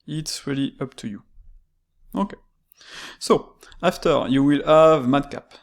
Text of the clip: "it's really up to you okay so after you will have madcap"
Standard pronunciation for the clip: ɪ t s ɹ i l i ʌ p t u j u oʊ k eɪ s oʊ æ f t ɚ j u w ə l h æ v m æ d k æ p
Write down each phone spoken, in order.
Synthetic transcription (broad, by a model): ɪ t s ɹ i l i ʌ p t u j u oʊ k eɪ s oʊ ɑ f t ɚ j u w ə l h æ v m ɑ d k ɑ p